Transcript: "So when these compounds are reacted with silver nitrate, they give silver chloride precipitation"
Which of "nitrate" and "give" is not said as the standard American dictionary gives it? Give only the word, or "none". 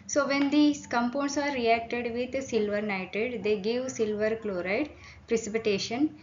nitrate